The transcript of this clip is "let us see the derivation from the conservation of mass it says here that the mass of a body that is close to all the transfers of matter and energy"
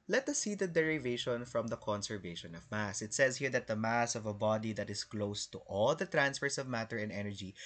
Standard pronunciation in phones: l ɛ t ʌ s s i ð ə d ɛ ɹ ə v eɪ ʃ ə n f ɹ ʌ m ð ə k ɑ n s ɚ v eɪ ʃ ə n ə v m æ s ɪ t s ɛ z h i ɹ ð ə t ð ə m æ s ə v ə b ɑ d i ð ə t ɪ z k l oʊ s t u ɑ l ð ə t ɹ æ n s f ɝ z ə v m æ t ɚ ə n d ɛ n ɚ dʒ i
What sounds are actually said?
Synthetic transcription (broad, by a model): l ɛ t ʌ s s i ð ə d ɛ ɹ ə v eɪ ʃ ə n f ɹ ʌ m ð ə k ɑ n s ɚ v eɪ ʃ ə n ə v m æ s ɪ t s ɛ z h i ɹ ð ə t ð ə m æ s ə v ə b ɑ d i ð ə t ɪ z k l oʊ s t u ɑ l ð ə t ɹ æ n s f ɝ s ə v m æ t ɚ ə n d ɛ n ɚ dʒ i